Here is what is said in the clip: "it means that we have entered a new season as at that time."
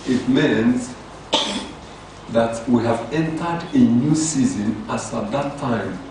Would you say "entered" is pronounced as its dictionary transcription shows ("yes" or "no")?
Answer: yes